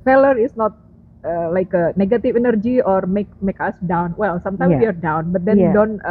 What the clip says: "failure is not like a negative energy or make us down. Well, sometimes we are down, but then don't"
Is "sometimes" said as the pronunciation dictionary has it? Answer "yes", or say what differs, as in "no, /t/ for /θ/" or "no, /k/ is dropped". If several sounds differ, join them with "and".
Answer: no, /z/ is dropped